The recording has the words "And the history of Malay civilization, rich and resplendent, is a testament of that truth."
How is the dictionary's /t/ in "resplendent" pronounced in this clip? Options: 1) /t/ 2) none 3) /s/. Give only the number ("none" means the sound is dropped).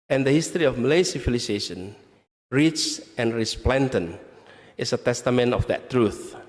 2